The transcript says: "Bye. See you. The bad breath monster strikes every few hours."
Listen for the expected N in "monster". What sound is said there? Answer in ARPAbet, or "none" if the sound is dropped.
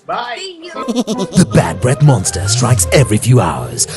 N